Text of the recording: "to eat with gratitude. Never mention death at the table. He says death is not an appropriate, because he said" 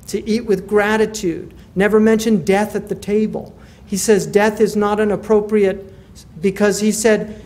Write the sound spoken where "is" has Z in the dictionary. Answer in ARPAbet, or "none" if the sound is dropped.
Z